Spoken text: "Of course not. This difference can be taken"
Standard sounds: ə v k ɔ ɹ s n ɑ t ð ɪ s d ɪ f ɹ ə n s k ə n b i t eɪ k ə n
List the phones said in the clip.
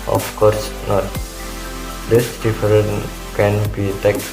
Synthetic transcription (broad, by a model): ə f k ɔ ɹ s n ɑ t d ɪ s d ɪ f ɹ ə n k ə n b i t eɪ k